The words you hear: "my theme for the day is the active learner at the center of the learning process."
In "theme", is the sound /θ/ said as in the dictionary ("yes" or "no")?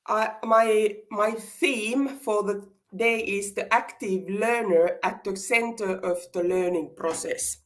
yes